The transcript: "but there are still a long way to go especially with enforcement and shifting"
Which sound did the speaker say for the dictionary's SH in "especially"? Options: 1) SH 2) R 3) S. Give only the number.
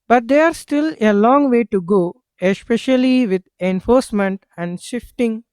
1